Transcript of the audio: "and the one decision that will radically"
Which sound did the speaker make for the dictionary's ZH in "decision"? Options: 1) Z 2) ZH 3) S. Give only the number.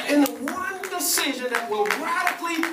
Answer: 2